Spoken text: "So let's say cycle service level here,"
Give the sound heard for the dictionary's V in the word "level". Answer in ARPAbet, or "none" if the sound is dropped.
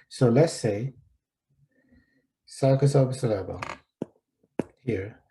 B